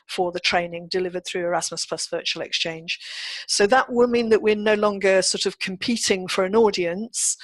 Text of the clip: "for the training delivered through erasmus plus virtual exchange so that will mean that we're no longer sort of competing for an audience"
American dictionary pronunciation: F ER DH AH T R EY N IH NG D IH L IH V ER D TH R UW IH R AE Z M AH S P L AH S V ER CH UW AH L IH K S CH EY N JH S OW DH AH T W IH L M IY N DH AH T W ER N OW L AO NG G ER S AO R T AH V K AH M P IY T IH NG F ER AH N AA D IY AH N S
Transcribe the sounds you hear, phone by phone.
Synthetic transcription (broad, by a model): F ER DH AH T R EY N IH NG D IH L IH V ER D TH R UW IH R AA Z M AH S P L AH S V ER CH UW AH L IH K S CH EY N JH S OW DH AH T W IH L M IY N DH AH T W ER N OW L AO NG G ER S AO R T AH V K AH M P IY T IH NG F ER AH N AA D IY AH N S